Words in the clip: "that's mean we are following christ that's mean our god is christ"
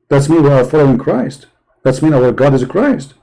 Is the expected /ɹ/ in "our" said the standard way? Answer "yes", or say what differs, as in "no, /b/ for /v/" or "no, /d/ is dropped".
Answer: no, /w/ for /ɹ/